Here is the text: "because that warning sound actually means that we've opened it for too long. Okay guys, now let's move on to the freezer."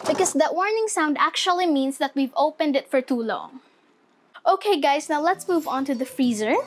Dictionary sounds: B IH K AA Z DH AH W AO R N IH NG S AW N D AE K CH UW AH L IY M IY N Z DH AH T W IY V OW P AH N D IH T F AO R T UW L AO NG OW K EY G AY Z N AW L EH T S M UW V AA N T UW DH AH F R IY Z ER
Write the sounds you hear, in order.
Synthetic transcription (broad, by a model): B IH K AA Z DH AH W AO R N IH NG S AW N D AE K CH UW AH L IY M IY N S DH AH T W IY V OW P AH N D IH T F AO R T UW L AO NG OW K EY G AY S N AW L EH T S M UW V AA N T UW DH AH F R IY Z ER